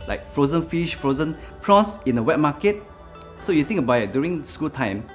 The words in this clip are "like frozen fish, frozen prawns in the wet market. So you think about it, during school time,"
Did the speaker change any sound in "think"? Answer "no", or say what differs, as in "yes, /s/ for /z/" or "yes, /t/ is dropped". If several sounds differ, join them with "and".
yes, /t/ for /θ/